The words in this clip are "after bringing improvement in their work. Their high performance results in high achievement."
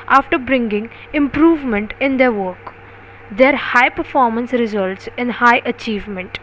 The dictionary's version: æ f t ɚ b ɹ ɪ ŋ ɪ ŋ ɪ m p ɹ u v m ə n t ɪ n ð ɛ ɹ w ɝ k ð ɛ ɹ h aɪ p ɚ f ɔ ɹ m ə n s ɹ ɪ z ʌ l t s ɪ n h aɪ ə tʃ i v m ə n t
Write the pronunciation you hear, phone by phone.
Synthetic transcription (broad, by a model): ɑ f t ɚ b ɹ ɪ ŋ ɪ ŋ ɪ m p ɹ u v m ə n t ɪ n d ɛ ɹ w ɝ k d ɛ ɹ h aɪ p ɚ f ɔ ɹ m ə n s ɹ ɪ z ʌ l t s ɪ n h aɪ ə tʃ i v m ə n t